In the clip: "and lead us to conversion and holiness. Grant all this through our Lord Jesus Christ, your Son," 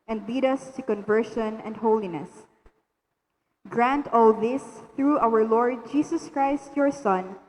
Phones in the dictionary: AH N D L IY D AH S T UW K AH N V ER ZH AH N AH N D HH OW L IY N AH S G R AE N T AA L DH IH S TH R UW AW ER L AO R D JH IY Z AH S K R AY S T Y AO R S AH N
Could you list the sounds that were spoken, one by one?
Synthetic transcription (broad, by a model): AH N D L IY D AH S T UW K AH N V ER SH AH N AH N D HH OW L IY N AH S G R AE N T AA L DH IH S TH R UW AW ER L AO R D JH IY S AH S K R AY S T Y AO R S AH N